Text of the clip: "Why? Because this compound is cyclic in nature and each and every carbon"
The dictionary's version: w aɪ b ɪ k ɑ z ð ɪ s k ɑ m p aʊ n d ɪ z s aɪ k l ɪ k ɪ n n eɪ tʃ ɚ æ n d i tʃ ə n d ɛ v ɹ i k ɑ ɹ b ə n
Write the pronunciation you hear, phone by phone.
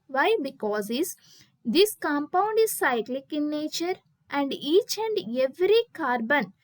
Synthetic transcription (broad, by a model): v aɪ b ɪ k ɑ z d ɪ s k ɑ m p aʊ n d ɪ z s aɪ k l ɪ k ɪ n n eɪ tʃ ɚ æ n d i tʃ ə n d ɛ v ɹ i k ɑ ɹ b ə n